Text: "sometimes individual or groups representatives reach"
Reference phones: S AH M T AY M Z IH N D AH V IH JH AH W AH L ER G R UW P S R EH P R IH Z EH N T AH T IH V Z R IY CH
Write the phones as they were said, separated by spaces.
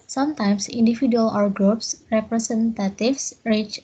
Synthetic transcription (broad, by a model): S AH M T AY M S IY N D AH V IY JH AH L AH W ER G R UW P S R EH P R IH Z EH N T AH T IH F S R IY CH